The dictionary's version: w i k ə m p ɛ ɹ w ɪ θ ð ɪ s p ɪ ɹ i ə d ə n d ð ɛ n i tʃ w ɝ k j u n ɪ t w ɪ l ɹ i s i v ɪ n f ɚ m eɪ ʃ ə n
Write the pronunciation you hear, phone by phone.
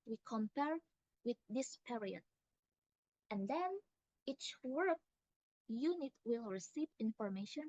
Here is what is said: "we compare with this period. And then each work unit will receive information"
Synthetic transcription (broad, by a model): w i k ə m p ɛ ɹ w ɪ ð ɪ s p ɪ ɹ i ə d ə n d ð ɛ n i tʃ w ɝ k j u n ɪ t w ɪ l ɹ i s i v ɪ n f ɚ m eɪ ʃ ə n